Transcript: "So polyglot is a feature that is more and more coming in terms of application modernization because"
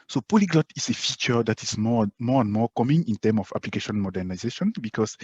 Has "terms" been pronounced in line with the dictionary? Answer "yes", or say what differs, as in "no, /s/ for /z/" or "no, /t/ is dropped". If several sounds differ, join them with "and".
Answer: no, /z/ is dropped